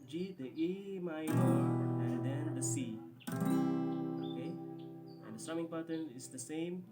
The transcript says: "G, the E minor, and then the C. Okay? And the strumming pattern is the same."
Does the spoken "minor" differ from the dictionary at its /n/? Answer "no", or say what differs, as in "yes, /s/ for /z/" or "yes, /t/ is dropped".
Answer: yes, /n/ is dropped